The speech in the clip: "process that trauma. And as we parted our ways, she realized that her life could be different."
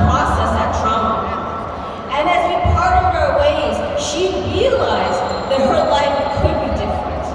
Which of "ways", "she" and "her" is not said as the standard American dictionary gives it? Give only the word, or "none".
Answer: none